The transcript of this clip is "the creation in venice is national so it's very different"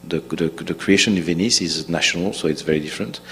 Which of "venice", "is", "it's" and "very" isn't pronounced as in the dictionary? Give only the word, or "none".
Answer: none